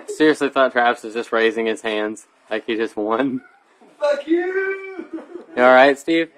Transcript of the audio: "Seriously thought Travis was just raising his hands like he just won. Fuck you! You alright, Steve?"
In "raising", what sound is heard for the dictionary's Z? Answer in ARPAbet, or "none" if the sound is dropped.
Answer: Z